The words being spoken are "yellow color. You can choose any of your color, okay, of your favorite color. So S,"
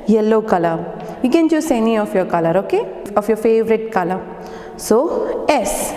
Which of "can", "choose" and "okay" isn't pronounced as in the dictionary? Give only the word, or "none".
choose